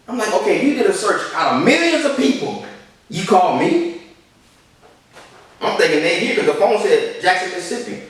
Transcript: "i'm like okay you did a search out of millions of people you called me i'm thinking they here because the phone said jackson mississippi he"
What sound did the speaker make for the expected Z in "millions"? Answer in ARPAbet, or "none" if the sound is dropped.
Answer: Z